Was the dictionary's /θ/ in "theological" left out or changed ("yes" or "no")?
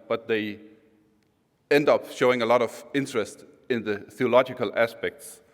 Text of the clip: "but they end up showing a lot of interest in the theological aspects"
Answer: no